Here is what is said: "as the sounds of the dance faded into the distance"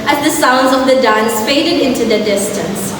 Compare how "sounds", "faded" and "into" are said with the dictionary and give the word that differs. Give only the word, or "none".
none